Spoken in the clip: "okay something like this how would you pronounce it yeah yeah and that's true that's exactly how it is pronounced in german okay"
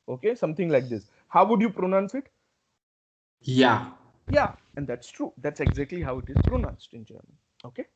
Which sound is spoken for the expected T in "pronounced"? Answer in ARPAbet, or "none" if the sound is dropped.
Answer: T